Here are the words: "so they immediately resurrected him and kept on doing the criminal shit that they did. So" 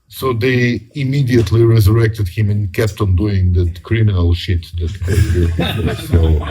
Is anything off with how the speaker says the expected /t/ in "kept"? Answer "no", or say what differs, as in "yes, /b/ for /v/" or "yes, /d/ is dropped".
no